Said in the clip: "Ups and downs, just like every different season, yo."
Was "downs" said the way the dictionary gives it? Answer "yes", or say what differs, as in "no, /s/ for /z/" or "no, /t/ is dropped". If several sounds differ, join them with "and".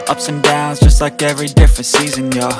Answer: yes